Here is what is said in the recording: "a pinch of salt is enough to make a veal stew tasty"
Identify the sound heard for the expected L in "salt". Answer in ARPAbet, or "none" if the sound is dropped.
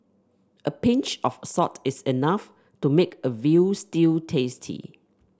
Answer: none